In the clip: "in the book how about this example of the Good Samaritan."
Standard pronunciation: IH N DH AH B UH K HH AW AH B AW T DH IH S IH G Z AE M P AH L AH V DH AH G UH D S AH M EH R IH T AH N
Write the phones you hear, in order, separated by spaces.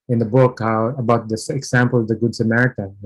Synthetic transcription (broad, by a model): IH N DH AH B UH K HH AW AH B AW T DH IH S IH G S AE M P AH L AH V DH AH G UH D S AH M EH R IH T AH N